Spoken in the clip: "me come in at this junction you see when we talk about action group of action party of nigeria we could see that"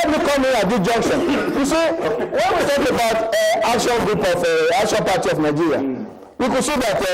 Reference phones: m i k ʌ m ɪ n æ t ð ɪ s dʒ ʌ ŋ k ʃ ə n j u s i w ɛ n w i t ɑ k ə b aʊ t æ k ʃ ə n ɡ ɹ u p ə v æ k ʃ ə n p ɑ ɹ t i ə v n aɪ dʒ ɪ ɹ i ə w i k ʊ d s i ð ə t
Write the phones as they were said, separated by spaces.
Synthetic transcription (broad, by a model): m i k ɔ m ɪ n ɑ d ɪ dʒ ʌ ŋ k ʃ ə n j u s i w ɛ n w i t ɑ k ə b aʊ t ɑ k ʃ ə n ɡ ɹ u p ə f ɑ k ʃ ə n p ɑ t i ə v n aɪ dʒ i ɹ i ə w i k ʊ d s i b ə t